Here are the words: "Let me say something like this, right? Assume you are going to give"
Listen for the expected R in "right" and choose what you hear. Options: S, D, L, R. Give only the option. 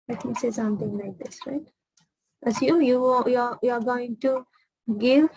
R